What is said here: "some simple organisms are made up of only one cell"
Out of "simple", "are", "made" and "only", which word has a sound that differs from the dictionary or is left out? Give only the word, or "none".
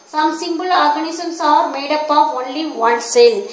simple